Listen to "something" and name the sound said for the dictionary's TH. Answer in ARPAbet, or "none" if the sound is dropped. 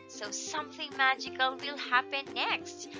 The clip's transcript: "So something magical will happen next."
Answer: TH